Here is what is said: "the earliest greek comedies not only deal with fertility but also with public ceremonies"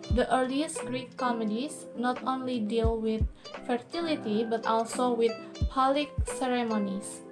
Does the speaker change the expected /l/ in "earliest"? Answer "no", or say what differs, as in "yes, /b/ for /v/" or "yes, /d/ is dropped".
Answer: no